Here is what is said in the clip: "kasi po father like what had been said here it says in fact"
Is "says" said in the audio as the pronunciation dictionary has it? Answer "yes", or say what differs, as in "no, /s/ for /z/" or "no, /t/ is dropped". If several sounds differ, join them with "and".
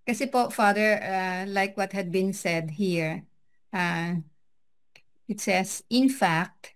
no, /s/ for /z/